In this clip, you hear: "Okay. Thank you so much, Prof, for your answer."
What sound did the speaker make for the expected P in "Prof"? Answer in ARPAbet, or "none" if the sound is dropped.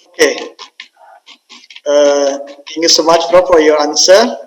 F